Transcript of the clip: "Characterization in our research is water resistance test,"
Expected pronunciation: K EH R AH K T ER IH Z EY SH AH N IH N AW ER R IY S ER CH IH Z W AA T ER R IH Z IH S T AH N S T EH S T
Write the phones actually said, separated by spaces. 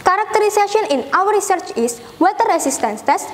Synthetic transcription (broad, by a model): K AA R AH K T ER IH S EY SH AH N IH N AW ER R IY S ER CH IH S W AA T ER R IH S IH S T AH N S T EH S